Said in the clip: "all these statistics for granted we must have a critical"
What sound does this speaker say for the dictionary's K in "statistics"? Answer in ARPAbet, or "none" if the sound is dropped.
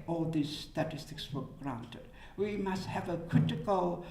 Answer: K